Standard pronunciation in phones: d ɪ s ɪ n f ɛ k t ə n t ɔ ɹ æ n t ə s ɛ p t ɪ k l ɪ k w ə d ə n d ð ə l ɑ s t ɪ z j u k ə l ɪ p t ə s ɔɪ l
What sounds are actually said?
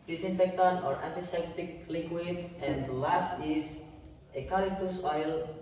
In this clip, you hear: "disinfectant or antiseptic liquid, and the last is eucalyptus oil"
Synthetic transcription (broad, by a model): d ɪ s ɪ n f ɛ k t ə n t ɔ ɹ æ n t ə s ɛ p t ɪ k l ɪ k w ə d ə n d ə l ɑ s t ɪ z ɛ k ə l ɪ t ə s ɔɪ l